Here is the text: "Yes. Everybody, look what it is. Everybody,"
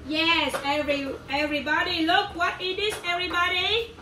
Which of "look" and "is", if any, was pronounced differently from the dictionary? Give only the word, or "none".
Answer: is